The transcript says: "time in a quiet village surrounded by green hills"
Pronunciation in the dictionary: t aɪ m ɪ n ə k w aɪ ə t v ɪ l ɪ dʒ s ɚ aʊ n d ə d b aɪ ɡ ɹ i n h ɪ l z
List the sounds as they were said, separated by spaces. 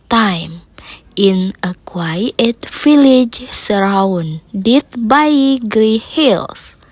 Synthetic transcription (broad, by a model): t aɪ m ɪ n ə k w aɪ ə t f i l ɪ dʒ s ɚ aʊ n d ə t b aɪ ɡ ɹ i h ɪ l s